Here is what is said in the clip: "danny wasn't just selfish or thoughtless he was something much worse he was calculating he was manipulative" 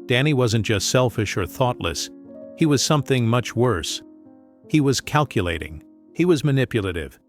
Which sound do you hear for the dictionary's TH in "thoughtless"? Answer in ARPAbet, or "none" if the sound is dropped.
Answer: TH